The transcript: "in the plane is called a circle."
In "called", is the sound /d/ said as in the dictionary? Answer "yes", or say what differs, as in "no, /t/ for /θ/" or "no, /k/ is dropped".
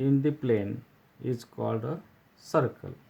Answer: yes